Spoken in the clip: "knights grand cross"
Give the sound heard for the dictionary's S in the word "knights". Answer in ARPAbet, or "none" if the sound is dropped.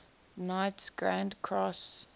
S